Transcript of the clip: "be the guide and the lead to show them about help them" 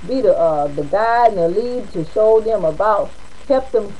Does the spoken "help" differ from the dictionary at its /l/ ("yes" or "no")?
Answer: yes